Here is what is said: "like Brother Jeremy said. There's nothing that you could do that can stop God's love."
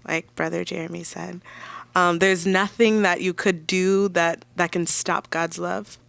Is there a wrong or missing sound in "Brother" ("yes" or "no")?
no